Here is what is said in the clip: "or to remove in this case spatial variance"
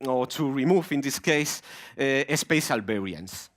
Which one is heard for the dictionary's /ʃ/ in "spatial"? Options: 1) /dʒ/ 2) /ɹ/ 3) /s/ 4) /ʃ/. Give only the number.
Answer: 3